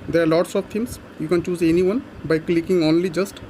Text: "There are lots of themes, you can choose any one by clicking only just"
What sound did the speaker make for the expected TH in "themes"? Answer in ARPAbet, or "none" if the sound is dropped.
T